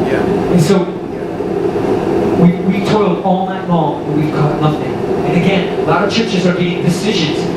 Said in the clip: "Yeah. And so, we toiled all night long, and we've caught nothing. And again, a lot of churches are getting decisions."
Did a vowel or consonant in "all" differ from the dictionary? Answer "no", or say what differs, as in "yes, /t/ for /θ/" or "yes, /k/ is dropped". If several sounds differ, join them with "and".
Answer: no